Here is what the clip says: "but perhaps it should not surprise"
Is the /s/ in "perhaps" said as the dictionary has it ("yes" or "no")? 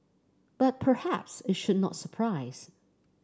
yes